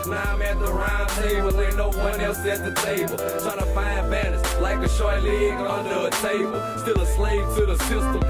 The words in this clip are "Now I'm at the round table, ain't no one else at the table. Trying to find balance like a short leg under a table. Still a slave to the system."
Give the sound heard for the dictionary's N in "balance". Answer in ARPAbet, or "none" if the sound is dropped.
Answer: none